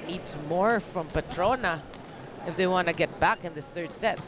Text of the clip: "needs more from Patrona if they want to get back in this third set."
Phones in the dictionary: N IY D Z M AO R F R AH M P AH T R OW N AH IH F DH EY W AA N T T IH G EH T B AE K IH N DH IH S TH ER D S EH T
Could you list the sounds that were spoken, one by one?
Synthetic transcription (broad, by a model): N IY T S M AO R F R AH M P AH T R OW N AH IH F DH EY W AA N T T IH G EH T B AE K IH N DH IH S TH ER D S EH T